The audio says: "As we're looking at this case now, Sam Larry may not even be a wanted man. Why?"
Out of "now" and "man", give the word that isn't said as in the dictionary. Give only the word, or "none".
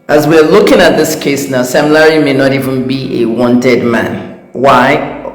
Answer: none